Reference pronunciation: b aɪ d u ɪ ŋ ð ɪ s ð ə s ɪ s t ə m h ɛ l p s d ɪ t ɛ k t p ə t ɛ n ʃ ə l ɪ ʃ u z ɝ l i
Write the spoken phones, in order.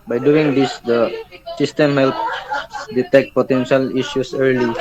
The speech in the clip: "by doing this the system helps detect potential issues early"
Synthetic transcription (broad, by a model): b aɪ d u ɪ ŋ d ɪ s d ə s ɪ s t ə m h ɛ l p d ɪ t ɛ k t p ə t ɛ n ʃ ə l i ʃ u s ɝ l i